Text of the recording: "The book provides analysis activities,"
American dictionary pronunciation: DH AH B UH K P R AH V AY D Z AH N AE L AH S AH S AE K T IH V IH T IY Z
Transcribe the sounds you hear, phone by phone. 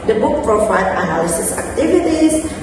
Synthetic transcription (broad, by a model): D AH B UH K P R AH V AY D AH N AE L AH S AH S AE K T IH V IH T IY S